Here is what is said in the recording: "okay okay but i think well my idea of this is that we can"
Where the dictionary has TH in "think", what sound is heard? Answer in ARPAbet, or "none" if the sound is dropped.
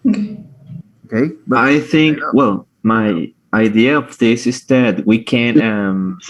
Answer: TH